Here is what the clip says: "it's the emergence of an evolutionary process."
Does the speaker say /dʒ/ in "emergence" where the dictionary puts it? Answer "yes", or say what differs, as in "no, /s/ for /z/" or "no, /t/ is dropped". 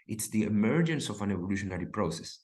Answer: yes